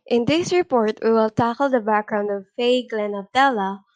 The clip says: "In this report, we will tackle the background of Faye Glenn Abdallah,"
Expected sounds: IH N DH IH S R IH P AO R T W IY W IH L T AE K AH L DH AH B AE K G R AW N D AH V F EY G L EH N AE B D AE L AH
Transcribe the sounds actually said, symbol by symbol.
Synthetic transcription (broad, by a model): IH N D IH S R IH P AO R T W IY W IH L T AE K AH L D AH B AE K G R AW N D AH V F EY G L EH N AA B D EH L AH